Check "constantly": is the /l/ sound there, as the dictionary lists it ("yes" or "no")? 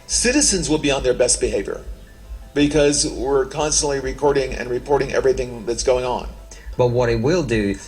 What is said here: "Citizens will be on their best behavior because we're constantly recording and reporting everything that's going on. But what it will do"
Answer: yes